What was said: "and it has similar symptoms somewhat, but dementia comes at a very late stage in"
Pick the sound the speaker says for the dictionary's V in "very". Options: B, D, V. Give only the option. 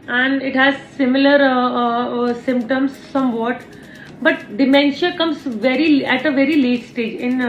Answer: V